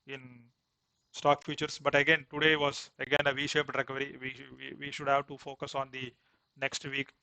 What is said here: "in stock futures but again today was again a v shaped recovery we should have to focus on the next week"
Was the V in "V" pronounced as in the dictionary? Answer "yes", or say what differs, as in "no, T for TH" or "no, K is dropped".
yes